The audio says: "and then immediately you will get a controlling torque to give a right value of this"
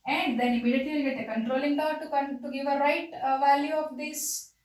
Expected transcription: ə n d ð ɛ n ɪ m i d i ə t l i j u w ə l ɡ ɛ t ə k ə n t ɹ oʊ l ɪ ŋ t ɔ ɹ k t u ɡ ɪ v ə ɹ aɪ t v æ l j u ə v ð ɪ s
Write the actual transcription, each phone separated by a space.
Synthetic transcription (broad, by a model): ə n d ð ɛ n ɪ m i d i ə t i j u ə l ɡ ɛ t ə k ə n t ɹ oʊ l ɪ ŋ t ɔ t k t u ɡ ɪ v ə ɹ aɪ t v æ l j u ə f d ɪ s